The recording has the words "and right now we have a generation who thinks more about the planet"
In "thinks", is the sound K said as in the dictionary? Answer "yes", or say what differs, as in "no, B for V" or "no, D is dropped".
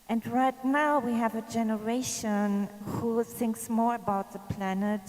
yes